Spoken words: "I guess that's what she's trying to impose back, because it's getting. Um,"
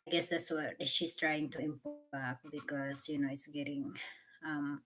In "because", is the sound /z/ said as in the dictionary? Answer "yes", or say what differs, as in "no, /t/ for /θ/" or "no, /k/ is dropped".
no, /z/ is dropped